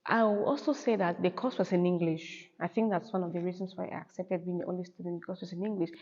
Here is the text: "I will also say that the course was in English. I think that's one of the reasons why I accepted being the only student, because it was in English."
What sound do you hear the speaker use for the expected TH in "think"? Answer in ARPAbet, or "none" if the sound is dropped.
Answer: TH